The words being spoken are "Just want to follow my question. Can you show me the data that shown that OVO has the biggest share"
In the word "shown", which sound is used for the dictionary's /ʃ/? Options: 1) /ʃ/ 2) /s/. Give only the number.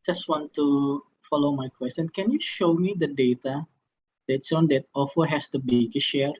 2